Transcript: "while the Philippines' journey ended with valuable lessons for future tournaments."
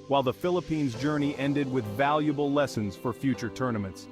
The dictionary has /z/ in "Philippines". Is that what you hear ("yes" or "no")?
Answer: yes